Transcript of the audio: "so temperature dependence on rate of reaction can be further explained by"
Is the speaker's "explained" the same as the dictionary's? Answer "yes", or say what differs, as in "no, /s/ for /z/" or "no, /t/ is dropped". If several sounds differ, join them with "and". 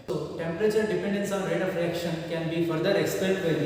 no, /l/ is dropped